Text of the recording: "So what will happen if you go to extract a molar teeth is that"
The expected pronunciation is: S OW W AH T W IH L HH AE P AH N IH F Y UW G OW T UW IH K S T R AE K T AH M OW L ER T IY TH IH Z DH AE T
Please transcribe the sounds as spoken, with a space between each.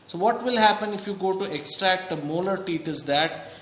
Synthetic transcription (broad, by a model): S OW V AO T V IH L HH AE P AH N IH F Y UW G OW T UW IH K S T R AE K T AH M OW L ER T IY T IH Z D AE T